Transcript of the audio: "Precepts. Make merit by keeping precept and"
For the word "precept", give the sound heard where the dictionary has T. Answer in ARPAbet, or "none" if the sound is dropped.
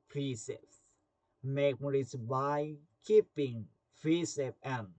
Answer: none